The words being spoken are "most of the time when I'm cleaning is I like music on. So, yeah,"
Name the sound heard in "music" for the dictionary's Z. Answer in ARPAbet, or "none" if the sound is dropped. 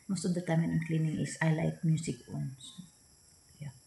S